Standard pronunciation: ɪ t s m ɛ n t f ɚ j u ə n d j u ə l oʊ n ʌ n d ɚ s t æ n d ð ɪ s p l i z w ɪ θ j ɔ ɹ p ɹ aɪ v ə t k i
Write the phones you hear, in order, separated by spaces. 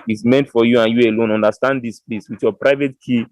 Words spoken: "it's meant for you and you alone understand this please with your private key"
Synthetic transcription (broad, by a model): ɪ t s m ɛ n t f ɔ j u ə n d j u ə l oʊ n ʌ n d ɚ s t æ n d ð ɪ s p l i s w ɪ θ j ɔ p ɹ aɪ v ə t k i